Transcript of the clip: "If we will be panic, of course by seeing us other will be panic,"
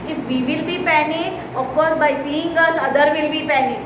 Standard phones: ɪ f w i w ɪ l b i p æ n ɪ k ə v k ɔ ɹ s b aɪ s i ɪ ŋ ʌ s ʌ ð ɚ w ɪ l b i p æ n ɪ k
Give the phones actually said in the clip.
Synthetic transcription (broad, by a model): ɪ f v i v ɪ l b i p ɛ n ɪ ə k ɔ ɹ b aɪ s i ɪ ŋ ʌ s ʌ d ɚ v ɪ l b i p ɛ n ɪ